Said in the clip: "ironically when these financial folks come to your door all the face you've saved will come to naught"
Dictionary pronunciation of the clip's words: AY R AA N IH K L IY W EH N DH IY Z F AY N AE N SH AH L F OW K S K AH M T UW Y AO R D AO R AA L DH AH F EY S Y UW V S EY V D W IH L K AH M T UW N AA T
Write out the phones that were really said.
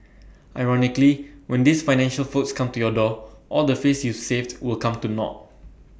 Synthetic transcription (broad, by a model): AY R AA N IH K L IY W EH N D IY S F AY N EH N SH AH L F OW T S K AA M T UW Y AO D AO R AA L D AH F EY S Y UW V S EY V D W IH L K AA M T UW N AA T